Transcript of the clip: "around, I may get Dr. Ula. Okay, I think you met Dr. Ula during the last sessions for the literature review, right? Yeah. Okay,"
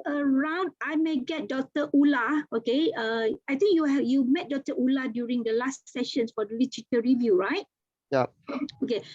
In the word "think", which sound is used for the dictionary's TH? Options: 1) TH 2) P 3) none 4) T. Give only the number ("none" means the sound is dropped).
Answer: 4